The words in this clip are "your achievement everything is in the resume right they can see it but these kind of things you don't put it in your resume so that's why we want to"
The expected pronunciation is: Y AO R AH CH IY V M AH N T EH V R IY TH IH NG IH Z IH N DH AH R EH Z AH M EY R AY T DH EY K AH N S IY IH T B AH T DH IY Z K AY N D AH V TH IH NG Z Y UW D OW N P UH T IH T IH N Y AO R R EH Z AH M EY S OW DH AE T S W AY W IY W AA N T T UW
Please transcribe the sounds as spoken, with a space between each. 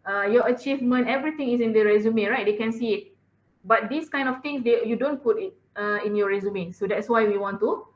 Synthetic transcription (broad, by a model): Y AO AH CH IY V M AH N T EH V R IY T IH NG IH S IH N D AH R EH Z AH M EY R AY T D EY K AH N S IY IH T B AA T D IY S K AY N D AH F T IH NG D Y UW D OW N P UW T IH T IH N Y AO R R EH Z AH M EY S OW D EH T S W AY W IY W AA N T T UW